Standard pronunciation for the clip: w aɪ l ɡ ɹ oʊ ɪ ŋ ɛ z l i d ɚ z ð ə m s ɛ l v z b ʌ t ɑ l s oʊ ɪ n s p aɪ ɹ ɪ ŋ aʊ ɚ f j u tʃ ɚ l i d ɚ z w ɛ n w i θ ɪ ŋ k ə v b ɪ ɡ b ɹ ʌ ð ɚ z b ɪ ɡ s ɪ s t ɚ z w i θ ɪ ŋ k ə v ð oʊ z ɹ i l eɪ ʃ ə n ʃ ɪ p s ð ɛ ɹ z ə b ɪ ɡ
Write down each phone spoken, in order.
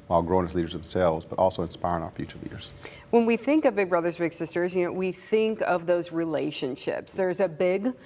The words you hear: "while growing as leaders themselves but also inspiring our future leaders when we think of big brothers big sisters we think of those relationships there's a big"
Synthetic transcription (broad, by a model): w aɪ l ɡ ɹ oʊ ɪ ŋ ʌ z l i d ɚ z ð ə m s ɛ l v z b ʌ t ɑ l s oʊ ɪ n s p aɪ ɹ ɪ ŋ aʊ ɚ f j u tʃ ɚ l i d ɚ z w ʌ n w i θ ɪ ŋ k ə v b ɪ ɡ b ɹ ʌ ð ɚ z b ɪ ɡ s ɪ s t ɚ z w i θ ɪ ŋ k ə v ð oʊ z ɹ i l eɪ ʃ ə n ʃ ɪ p s ð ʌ ɹ z ə b ɪ ɡ